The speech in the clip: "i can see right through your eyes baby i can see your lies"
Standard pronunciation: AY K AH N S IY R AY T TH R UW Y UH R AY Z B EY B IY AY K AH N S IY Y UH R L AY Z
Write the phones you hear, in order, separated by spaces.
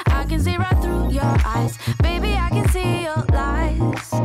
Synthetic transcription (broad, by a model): AY K AH N S IY R AY T TH R UW Y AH R AY Z B EY B IY AY K AH N S IY Y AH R L AY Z